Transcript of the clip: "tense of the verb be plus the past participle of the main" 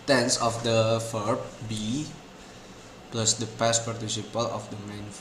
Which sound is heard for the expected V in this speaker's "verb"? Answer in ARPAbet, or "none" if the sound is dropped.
F